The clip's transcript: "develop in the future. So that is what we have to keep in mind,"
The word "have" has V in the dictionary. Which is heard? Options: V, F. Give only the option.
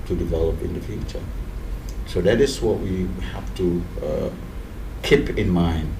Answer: F